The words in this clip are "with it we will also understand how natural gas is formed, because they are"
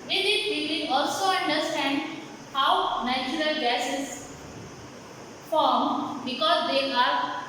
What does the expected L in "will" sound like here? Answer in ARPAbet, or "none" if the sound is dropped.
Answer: N